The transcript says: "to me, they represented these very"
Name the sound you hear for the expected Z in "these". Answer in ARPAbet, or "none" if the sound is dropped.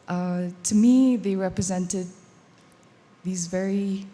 Z